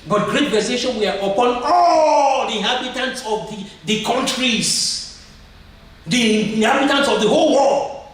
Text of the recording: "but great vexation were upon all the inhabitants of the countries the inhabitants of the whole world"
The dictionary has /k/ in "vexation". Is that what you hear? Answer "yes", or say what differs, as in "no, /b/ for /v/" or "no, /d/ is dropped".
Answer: no, /k/ is dropped